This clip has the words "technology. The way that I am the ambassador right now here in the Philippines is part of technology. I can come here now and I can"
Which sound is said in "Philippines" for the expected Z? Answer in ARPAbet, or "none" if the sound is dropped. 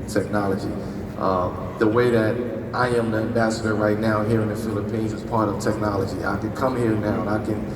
Z